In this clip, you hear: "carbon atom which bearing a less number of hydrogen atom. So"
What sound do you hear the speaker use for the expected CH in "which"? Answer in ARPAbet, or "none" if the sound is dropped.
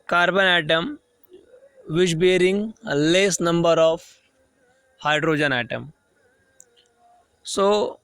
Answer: SH